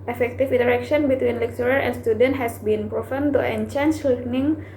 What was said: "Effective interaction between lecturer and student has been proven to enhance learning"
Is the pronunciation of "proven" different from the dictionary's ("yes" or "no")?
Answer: yes